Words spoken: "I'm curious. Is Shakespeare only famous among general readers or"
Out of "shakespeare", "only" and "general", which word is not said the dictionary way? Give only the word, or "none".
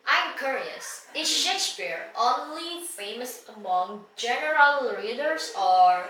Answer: shakespeare